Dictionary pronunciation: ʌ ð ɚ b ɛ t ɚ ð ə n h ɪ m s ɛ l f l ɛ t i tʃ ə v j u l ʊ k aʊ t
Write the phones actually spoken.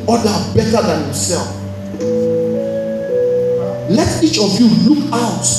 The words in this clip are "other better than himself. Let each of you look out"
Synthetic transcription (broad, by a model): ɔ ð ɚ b ɛ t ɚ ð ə n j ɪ s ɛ l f l ɛ t i tʃ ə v j u l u k aʊ t